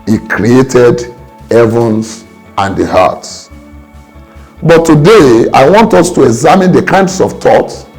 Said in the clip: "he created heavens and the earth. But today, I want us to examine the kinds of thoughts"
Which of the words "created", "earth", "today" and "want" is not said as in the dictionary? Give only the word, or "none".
earth